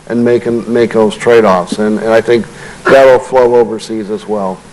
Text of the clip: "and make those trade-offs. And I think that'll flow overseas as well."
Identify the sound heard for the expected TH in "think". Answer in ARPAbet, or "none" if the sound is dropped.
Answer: TH